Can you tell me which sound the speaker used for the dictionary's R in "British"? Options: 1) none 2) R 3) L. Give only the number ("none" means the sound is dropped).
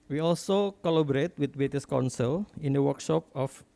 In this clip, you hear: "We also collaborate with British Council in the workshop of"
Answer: 1